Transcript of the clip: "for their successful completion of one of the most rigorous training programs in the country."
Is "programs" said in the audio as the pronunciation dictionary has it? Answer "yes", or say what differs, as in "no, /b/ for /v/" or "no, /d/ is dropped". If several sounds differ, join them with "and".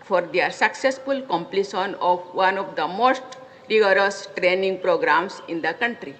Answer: no, /s/ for /z/